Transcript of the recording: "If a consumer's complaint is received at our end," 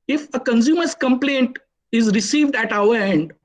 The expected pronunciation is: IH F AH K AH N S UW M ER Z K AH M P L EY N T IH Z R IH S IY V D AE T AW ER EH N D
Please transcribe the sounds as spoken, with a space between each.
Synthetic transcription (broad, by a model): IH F AH K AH N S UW M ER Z K AH M P L EY N T IH Z R IH S IY V D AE T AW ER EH N D